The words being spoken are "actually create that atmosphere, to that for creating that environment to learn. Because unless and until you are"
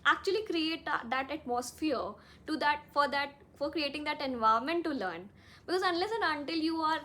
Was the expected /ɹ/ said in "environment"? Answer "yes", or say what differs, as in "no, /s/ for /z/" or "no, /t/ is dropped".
no, /ɹ/ is dropped